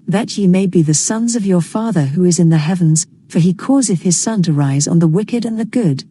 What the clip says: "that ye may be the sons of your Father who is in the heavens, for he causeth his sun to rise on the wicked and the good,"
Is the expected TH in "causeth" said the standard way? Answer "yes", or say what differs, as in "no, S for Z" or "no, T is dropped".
yes